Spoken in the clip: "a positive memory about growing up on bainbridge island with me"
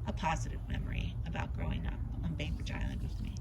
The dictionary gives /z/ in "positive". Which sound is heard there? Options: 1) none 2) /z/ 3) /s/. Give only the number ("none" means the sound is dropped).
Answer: 2